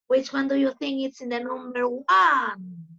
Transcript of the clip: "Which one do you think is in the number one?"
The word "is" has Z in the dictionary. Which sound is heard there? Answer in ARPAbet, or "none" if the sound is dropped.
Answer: S